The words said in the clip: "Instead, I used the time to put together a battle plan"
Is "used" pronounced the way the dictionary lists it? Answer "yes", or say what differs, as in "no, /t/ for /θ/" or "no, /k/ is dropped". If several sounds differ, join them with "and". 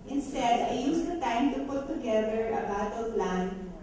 no, /s/ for /z/